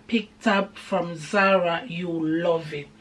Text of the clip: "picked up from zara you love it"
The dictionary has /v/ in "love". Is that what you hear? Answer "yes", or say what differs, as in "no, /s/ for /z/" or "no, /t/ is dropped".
yes